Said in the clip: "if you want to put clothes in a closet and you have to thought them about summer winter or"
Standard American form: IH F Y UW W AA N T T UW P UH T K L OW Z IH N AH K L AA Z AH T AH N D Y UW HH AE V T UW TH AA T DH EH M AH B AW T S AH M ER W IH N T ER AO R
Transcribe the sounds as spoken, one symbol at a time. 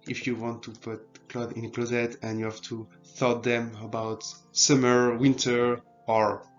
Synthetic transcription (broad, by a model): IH F Y UW W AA N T T UW P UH T K L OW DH IH N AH K L AA Z AH T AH N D Y UW HH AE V T UW TH AA T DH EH M AH B AW T S AH M ER W IH N T ER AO R